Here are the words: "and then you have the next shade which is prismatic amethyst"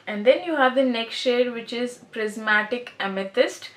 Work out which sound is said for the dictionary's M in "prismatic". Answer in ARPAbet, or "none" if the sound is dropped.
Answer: M